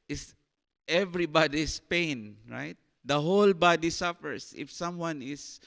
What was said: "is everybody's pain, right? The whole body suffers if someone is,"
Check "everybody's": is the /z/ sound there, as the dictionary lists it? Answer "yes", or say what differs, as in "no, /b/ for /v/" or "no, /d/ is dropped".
no, /s/ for /z/